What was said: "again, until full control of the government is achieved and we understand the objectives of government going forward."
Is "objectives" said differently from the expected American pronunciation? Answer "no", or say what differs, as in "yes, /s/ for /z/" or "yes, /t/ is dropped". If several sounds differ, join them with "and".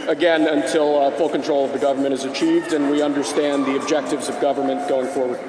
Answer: no